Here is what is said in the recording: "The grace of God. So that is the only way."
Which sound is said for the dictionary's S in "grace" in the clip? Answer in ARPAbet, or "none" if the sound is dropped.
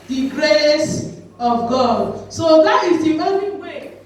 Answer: S